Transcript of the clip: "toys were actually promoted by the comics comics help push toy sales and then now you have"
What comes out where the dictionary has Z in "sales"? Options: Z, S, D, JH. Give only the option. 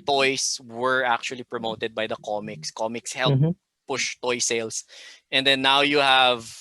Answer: S